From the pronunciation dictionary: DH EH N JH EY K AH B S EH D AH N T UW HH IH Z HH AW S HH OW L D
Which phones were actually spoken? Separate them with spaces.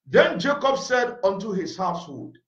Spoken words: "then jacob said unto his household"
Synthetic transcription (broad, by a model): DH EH N JH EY K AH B S EH D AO N T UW HH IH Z HH AW S HH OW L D